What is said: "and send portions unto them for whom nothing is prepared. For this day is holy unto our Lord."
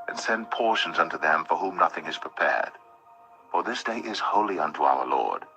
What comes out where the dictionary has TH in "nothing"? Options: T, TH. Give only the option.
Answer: TH